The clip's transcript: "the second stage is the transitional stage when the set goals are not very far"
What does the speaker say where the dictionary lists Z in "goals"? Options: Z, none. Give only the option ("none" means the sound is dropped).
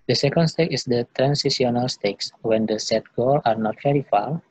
none